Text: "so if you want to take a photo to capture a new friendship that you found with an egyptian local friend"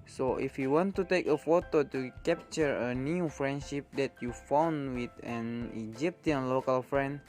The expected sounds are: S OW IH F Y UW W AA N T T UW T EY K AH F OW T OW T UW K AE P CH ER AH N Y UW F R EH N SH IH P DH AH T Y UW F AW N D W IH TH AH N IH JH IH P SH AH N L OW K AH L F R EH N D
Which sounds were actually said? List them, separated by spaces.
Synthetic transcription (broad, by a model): S OW IH F Y UW W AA N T T UW T EY K AH F OW T OW T UW K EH P CH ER AH N Y UW F R EH N SH IH P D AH T Y UW F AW N W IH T AH N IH JH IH P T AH N L OW K AH L F R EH N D